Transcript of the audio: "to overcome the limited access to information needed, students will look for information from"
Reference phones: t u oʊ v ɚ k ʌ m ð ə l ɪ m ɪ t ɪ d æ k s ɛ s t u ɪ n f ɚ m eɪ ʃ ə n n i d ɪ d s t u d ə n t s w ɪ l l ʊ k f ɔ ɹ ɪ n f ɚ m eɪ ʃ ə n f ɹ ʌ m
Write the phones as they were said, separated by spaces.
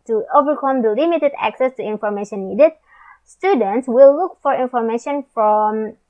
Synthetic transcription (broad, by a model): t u oʊ v ɚ k ʌ m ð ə l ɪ m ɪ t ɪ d æ k s ɛ s t u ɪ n f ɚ m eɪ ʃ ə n n i d ɪ d s t u d ə n t s w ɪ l l ʊ k f ɔ ɹ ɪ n f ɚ m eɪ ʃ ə n f ɹ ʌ m